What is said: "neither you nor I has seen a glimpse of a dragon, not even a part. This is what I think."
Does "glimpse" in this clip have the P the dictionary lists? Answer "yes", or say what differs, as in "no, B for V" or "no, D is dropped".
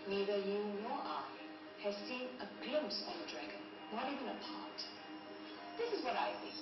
yes